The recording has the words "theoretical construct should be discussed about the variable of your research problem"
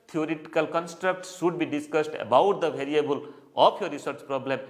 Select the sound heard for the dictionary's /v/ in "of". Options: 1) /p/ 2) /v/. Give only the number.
1